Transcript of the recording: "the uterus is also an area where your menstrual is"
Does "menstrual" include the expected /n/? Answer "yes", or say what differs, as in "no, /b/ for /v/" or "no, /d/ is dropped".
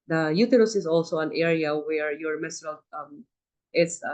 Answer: no, /n/ is dropped